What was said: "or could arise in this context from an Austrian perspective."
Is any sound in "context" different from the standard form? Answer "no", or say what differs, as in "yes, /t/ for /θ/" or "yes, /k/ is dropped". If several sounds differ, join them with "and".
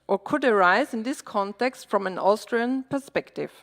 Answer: no